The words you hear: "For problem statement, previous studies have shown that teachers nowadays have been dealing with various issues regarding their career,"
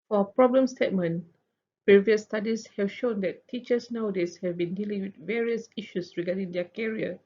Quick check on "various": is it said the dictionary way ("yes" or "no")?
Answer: yes